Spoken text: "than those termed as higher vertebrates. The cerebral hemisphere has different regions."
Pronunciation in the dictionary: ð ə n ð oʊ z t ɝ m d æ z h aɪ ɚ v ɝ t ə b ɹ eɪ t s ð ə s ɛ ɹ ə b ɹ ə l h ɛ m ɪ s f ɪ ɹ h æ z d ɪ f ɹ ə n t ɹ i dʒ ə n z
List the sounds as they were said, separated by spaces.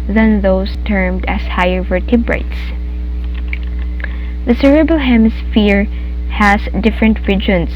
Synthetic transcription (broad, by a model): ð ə n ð oʊ s t ɝ m d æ s h aɪ ɚ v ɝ t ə b ɹ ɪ t s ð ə s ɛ ɹ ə b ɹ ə l h ɛ m ɪ s f ɪ ɹ h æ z d ɪ f ɹ ə n t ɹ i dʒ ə n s